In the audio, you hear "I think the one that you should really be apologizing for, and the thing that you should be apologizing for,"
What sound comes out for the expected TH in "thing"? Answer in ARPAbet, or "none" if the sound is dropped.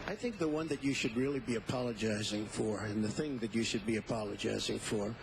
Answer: TH